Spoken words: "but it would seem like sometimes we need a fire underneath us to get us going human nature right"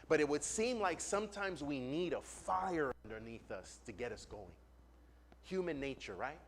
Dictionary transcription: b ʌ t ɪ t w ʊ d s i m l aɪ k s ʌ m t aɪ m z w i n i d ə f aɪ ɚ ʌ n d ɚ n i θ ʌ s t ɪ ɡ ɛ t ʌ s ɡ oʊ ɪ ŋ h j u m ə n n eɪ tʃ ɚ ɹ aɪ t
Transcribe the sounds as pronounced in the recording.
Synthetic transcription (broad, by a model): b ʌ t ɪ t w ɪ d s i m l aɪ k s ʌ m t aɪ m z w i n i d ə f aɪ ɚ ʌ n d ɚ n i θ ʌ s t ɪ ɡ ɛ t ʌ s ɡ oʊ ɪ ŋ h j u m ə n n eɪ tʃ ɚ ɹ aɪ t